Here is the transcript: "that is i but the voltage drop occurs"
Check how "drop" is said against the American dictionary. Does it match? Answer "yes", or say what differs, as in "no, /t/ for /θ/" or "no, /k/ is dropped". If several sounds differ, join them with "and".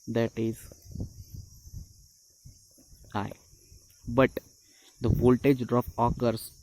no, /ɹ/ is dropped and /f/ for /p/